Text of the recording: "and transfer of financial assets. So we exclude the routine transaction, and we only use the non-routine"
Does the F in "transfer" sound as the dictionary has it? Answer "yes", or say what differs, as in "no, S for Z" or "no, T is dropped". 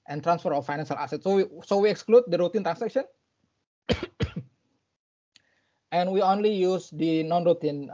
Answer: yes